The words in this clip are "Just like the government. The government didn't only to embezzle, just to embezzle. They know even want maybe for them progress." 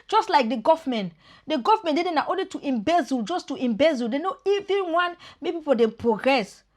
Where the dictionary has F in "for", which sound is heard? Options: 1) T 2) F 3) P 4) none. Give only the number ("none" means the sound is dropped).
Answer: 3